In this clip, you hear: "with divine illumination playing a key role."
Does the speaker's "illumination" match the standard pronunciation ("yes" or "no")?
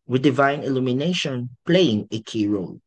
yes